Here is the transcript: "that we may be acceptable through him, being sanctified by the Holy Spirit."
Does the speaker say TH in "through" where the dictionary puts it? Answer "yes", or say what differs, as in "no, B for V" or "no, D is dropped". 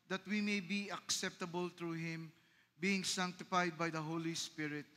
no, T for TH